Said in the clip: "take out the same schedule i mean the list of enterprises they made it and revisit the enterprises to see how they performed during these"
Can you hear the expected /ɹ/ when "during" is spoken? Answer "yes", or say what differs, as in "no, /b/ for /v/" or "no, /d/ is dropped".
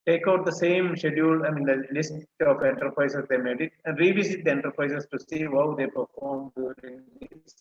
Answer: no, /ɹ/ is dropped